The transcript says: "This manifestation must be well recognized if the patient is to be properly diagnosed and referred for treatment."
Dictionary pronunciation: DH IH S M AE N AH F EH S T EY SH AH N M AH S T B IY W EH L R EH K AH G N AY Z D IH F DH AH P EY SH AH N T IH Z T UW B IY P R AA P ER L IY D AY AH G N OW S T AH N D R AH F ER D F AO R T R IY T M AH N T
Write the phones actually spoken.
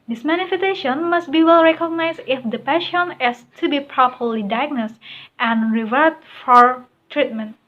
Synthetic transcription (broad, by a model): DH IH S M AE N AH F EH S T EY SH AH N M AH S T B IY W EH L R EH K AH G N AY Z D IH F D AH P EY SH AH N IH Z T UW B IY P R AA P ER L IY D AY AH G N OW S T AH N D R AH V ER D F AO R T R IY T M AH N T